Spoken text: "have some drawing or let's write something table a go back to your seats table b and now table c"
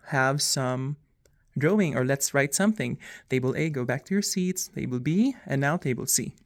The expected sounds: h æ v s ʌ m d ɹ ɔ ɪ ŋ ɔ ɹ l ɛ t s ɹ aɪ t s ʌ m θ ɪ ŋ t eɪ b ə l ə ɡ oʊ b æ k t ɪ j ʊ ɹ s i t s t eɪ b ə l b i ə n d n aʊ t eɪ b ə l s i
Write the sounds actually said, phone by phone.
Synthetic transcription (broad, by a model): h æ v s ʌ m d ɹ ɔ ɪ ŋ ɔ ɹ l ɛ t s ɹ aɪ t s ʌ m θ ɪ ŋ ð eɪ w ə l ə ɡ oʊ b æ k t ɪ j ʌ ɹ s i t s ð eɪ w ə l b i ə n n aʊ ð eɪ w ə l s i